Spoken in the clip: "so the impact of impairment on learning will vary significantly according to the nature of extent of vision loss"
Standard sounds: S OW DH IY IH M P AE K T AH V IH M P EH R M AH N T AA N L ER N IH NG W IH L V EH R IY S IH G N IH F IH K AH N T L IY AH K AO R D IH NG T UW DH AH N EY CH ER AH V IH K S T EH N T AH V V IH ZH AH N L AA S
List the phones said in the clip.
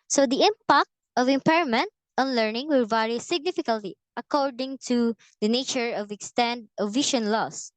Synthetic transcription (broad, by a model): S OW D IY IH M P AE K T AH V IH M P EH R M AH N T AA N L ER N IH NG W IH L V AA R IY S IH G N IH F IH K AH L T IY AH K AO R D IH NG T UW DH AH N EY CH ER AH V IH K S T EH N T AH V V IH SH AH N L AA S